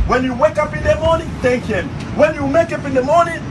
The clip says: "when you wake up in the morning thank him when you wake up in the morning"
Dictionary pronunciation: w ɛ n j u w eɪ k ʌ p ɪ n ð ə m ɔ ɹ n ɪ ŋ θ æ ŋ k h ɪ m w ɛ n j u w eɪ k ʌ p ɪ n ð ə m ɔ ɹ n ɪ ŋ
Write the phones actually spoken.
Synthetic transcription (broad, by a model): w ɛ n j u w eɪ k ʌ p ɪ n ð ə m ɔ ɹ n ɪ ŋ t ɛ k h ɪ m w ɛ n j u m eɪ k ʌ p ɪ n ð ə m ɔ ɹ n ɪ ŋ